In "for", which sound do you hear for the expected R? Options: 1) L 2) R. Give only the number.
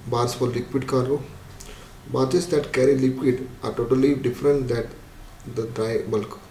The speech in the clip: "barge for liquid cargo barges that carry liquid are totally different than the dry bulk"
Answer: 1